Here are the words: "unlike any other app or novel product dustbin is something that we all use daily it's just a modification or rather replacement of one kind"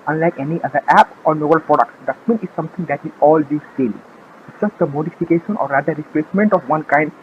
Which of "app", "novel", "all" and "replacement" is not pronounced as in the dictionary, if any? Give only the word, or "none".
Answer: novel